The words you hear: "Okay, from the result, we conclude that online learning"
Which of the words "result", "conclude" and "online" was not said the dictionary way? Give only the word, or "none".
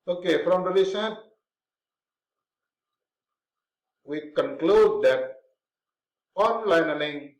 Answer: result